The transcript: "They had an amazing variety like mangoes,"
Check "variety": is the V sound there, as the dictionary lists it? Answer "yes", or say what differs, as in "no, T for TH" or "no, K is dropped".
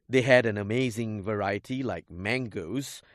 yes